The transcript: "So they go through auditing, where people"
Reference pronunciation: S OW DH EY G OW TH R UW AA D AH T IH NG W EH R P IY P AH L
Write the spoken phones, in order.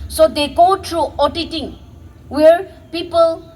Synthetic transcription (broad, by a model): S OW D EY G OW T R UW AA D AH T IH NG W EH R P IY P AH L